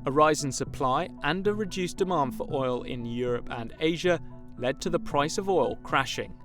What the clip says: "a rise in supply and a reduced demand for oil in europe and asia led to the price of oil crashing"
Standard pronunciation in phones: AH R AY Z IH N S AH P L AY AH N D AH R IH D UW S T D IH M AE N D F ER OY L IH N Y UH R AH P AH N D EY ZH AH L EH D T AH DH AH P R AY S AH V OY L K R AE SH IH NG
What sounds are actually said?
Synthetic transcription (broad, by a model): AH R AY Z IH N S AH P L AY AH N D AH R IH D UW S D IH M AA N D F ER OY L IH N Y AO R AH P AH N EY ZH AH L EH D T AH DH AH P R AY S AH V OY L K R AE SH IH NG